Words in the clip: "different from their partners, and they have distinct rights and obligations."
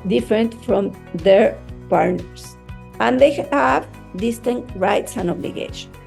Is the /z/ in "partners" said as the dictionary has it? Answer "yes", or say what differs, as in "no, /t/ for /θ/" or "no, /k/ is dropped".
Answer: no, /s/ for /z/